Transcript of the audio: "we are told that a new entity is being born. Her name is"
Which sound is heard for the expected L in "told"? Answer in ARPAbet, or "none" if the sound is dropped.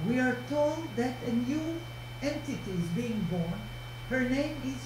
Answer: L